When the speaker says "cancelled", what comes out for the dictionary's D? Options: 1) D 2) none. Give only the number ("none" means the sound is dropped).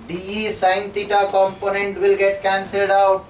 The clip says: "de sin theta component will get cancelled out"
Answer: 1